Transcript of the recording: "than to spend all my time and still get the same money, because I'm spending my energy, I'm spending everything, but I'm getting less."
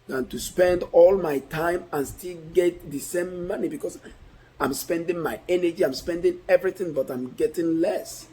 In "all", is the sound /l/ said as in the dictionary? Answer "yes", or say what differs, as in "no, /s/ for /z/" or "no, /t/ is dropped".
yes